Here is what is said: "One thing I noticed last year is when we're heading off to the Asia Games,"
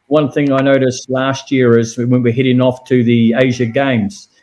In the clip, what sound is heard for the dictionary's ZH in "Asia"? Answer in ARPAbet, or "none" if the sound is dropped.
ZH